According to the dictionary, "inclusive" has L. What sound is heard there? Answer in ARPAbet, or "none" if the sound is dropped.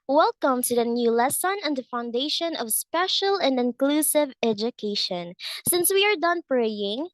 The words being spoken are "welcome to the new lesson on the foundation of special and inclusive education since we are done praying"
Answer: L